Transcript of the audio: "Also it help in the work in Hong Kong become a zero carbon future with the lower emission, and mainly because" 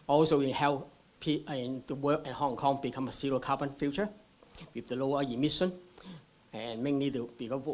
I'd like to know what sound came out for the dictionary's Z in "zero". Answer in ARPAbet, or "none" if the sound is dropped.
S